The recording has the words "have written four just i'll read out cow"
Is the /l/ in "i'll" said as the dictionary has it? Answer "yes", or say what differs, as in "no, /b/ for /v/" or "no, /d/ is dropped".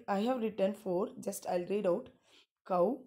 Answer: yes